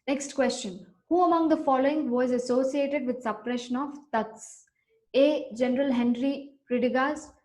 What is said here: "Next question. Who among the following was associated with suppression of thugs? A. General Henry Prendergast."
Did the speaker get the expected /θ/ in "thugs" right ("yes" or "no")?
no